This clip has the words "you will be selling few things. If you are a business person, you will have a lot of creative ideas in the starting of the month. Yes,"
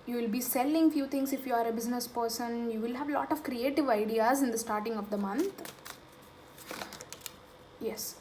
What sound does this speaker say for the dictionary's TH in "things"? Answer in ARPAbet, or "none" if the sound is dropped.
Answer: T